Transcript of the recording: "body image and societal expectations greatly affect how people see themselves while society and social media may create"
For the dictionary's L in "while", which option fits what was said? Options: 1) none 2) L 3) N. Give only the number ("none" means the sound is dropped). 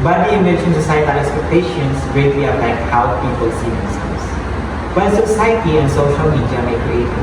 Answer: 3